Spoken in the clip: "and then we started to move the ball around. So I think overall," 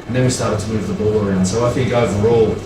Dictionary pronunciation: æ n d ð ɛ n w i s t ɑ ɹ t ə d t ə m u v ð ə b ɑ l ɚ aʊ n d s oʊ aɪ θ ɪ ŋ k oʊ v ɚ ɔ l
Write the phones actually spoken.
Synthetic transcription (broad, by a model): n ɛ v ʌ s t ɑ ɹ t ə d t ə m u v ð ə b ɑ l ɚ aʊ n d s oʊ aɪ f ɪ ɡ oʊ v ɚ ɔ l